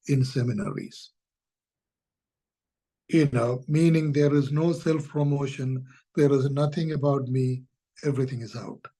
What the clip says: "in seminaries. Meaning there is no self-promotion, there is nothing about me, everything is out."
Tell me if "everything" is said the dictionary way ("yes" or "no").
no